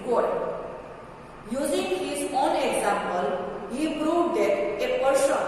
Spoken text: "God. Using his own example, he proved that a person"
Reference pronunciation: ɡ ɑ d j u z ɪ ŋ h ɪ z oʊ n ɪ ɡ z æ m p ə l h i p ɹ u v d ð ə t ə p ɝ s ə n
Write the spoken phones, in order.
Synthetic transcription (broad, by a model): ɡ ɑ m j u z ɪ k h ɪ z oʊ n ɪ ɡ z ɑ m p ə l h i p ɹ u d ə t ə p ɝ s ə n